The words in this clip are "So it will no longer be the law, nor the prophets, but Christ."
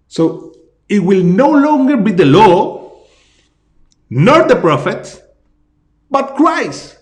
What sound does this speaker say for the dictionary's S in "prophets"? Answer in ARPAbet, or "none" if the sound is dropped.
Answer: none